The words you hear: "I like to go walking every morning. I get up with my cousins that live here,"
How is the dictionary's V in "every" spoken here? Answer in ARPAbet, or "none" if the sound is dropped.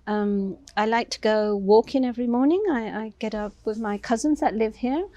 V